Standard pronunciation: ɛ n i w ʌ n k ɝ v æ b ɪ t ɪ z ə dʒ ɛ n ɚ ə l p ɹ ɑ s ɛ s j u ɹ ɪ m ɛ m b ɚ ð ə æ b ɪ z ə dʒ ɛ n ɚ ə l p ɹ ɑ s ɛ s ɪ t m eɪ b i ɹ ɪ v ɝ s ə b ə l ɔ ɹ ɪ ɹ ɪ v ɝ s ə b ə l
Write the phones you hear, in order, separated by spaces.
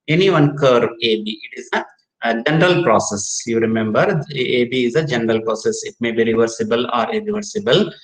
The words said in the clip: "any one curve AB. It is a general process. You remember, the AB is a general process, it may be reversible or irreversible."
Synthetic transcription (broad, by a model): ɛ n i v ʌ n k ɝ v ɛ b ɪ t ɪ z ə dʒ ɛ n ɚ ə l p ɹ ɑ s ɛ s j u ɹ ɪ m ɛ m b ɚ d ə b ɪ z ə dʒ ɛ n ɚ ə l p ɹ ɑ s ɛ s ɪ t m eɪ b i ɹ ɪ v ɝ s ə b ə l ɔ ɹ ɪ ɹ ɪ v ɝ s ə b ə l